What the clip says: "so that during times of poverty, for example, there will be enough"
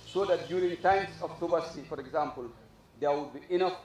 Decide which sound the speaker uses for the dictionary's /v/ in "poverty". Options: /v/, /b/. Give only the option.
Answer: /b/